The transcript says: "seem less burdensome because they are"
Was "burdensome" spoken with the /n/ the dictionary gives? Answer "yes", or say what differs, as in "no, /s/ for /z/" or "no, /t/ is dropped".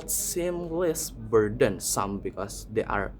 yes